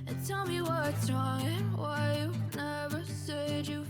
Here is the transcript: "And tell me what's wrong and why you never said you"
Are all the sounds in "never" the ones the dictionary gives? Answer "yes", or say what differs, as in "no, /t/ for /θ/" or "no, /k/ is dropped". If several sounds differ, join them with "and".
yes